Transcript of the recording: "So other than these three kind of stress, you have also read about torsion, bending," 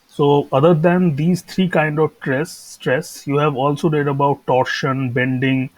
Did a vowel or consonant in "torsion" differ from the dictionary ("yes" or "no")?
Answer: no